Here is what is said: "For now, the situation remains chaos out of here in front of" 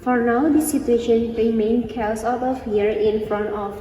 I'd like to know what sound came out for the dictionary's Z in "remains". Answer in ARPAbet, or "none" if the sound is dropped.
none